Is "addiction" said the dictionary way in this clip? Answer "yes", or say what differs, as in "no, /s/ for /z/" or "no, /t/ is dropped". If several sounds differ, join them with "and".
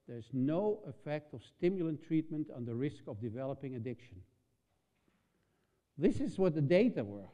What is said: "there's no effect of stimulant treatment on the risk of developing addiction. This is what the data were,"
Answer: yes